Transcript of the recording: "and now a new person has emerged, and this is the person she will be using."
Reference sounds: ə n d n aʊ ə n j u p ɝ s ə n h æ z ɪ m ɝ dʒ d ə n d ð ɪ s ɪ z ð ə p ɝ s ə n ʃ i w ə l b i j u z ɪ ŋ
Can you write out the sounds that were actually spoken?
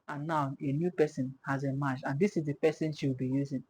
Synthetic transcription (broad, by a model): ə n n aʊ ə n j u p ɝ s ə n h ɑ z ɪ m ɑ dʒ ə n d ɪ s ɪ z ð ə p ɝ s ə n ʃ i w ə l b i j u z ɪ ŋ